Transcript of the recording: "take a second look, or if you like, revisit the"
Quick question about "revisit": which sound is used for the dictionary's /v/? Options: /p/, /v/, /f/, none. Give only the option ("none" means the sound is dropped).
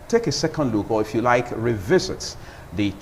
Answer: /v/